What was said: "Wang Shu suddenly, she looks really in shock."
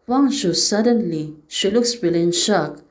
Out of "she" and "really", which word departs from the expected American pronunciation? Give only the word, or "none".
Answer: really